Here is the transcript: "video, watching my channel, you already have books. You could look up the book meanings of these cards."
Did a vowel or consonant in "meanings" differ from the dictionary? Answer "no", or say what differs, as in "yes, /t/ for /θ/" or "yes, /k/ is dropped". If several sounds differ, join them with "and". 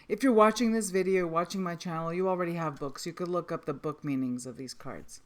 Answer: no